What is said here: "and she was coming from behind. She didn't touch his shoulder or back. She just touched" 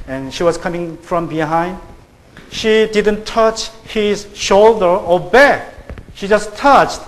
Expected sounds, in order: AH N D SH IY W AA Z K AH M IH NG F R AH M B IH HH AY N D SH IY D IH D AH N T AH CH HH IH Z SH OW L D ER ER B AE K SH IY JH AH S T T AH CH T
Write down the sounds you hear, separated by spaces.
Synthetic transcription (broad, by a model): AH N SH IY W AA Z K AH M IH NG F R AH M B IH HH AY N D SH IY D IH D AH N T AH CH HH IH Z SH OW L D ER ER B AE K SH IY JH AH S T T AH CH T